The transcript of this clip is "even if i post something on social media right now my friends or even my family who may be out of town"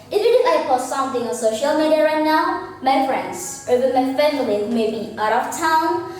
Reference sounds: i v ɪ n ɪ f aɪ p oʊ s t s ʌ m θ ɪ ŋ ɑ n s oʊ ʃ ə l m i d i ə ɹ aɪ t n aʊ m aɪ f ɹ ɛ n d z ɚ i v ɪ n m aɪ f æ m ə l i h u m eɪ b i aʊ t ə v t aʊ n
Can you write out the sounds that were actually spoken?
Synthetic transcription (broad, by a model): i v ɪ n ɪ f aɪ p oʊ t s ʌ m θ ɪ ŋ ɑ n s oʊ ʃ ə l m i d i ə ɹ aɪ t n aʊ m aɪ f ɹ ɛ n d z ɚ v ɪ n m aɪ f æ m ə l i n m eɪ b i aʊ t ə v t aʊ n